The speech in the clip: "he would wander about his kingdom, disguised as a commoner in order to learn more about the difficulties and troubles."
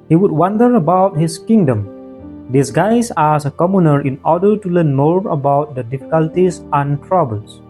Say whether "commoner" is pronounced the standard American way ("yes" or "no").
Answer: yes